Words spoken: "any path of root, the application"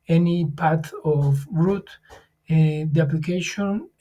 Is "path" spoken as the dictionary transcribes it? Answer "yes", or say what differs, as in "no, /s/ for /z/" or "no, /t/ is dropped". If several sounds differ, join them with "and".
no, /t/ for /θ/